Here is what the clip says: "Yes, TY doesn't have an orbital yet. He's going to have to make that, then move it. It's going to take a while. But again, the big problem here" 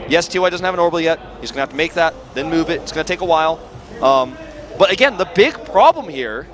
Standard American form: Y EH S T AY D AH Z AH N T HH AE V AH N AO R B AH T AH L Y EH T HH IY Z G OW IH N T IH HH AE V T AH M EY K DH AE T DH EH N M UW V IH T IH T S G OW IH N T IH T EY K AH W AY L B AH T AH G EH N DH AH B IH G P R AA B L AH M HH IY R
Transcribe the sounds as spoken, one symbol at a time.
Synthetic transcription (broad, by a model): Y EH S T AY D AH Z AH N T HH AE V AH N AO R AH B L Y EH T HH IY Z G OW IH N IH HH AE F T AH M EY K DH AE T DH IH N M UW V IH T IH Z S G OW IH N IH T EY K AH W AY L B AH T AH G EH N DH AH B IH G P R AA B L AH M HH IY R